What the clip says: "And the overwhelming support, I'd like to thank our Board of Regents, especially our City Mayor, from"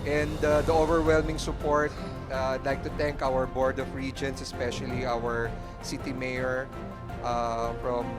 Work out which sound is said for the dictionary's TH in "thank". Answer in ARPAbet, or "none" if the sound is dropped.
T